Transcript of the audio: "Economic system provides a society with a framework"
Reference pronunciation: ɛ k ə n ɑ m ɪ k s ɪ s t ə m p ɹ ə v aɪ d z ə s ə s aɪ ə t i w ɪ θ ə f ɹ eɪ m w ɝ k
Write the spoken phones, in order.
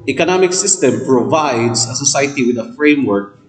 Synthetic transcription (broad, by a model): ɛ k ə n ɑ m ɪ k s ɪ s t ə m p ɹ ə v aɪ d s ə s ə s aɪ ə t i w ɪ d ə f ɹ eɪ m w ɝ k